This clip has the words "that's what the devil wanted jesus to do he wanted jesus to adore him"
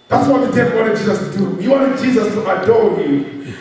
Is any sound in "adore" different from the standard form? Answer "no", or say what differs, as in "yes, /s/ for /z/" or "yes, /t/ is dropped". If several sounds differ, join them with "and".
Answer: yes, /l/ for /ɹ/